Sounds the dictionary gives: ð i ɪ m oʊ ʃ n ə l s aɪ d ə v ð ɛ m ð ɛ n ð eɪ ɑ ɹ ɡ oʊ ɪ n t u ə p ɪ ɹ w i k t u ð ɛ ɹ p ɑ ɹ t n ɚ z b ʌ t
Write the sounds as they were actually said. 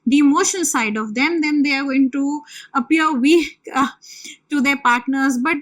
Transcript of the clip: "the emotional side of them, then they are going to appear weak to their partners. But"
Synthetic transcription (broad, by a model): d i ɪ m oʊ ʃ ə n s aɪ d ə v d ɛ m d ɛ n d eɪ ɑ ɹ ɡ oʊ ɪ n t u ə p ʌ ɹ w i k t u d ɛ ɹ p ɑ ɹ t n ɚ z b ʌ t